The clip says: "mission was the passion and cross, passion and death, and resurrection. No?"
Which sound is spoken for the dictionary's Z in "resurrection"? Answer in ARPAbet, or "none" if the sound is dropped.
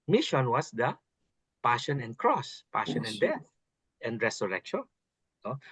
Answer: S